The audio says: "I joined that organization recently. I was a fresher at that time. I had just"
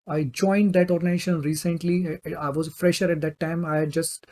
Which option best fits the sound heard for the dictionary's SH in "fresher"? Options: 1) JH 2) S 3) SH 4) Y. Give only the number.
3